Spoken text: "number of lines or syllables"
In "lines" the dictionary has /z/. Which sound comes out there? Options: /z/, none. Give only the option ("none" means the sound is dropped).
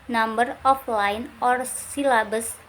none